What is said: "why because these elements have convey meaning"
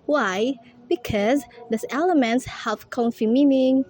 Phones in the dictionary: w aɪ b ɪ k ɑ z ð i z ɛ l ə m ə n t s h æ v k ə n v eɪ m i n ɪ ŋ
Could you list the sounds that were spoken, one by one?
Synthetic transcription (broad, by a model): w aɪ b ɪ k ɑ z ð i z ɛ l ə m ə n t s h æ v k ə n f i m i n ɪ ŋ